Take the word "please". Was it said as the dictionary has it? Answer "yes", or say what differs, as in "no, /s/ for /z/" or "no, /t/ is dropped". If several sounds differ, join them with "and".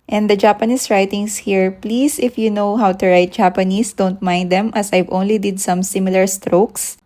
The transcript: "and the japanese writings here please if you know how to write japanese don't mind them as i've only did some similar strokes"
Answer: no, /s/ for /z/